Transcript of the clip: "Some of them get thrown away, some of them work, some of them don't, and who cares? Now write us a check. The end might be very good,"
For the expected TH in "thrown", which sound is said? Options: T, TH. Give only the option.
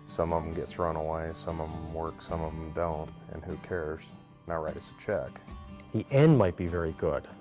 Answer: TH